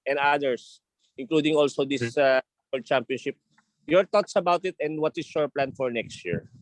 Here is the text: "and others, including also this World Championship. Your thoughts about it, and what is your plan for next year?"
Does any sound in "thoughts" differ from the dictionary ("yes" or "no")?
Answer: yes